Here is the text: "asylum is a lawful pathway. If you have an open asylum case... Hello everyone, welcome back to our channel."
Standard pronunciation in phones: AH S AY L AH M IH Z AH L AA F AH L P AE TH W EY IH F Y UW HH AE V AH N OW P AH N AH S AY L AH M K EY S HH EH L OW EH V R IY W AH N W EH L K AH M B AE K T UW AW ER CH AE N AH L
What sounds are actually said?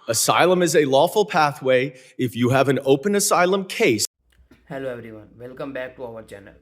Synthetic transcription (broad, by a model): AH S AY L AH M IH Z AH L AA F AH L P AE TH W EY IH F Y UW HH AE V AH N OW P AH N AH S AY L AH M K EY S HH EH L OW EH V R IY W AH N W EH L K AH M B AE K T UW AW ER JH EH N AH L